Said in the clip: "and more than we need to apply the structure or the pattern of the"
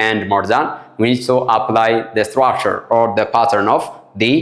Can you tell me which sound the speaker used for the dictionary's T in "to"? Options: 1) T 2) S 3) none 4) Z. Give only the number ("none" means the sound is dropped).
1